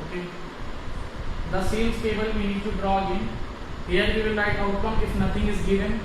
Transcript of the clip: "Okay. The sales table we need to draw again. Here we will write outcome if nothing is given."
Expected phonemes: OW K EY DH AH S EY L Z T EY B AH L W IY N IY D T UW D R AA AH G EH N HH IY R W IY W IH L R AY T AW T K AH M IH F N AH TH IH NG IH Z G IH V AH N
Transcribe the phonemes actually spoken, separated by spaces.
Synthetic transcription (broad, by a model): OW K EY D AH S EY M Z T EY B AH L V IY N IY D T UW D R AA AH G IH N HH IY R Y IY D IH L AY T AW T K AH M IH F N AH T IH NG IH Z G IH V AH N